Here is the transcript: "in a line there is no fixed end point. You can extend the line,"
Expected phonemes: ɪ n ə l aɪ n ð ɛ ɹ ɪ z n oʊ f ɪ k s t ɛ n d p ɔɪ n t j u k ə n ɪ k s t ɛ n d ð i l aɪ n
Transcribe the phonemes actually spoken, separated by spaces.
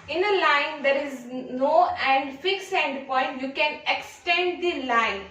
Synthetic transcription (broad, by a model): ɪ n ə l aɪ n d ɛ ɹ ɪ z n oʊ f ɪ k s ɛ n d p ɔɪ n t j u k ə n ɪ k s t ɛ n d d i l aɪ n